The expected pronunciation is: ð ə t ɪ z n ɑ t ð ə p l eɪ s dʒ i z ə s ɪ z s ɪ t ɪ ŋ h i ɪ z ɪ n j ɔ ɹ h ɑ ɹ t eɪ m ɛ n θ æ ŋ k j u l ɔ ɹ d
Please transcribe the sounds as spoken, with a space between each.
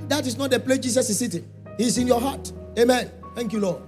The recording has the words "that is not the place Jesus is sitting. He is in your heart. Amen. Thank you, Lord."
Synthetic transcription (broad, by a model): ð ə t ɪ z n ɑ t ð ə p l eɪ dʒ i s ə s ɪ s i t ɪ h i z ɪ n j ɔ h ɑ t eɪ m ɛ n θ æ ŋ k j u l ɔ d